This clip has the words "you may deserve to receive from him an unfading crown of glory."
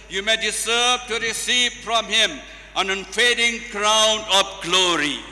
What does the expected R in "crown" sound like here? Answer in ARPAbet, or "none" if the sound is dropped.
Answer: R